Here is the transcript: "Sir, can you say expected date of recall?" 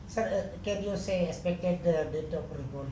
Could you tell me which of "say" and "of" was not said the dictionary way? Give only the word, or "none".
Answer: of